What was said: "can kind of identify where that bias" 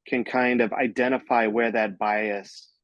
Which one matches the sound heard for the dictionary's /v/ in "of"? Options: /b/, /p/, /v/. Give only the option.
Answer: /v/